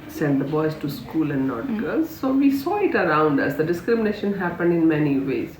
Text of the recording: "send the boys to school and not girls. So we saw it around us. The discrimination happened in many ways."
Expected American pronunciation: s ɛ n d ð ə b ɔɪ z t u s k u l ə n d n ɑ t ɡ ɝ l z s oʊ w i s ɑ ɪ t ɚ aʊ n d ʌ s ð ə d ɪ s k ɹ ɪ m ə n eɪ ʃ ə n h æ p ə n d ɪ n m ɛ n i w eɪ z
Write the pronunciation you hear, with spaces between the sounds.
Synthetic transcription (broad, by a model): s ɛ n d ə b ɔɪ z t u s k u l ə n d n ɑ t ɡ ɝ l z s oʊ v i s ɑ ɪ t ɚ aʊ n d ʌ s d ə d ɪ s k ɹ ɪ m ə n eɪ ʃ ə n h æ p ə n d ɪ n m ɛ n i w eɪ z